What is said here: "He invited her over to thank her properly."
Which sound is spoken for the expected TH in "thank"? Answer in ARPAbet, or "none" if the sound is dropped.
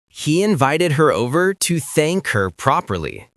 TH